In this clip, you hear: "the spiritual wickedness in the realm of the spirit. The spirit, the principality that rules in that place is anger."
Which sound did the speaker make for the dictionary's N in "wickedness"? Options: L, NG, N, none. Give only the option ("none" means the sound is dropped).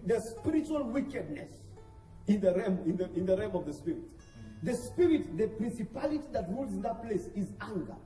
N